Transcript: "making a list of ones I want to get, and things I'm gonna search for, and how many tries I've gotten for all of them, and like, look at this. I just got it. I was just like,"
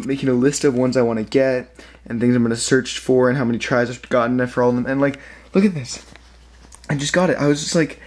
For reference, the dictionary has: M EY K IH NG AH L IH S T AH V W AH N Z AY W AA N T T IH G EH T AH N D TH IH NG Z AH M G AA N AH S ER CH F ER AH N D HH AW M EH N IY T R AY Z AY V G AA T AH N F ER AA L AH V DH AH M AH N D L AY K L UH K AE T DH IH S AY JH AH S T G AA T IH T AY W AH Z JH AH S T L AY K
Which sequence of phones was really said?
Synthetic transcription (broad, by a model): M EY K IH NG AH L IH S T AH V W AH N Z AY W AA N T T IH G EH T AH N TH IH NG Z AH M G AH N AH S ER CH F ER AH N HH AW M EH N IY T R AY Z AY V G AA T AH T F ER AA L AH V DH AH M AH N L AY K L UH K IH T DH IH S AY JH AH S G AA T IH T AY W AH Z JH AH S T L AY K